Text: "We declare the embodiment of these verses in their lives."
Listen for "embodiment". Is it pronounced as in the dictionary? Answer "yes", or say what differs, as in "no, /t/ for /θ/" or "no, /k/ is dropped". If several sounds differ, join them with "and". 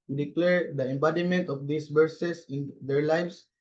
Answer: yes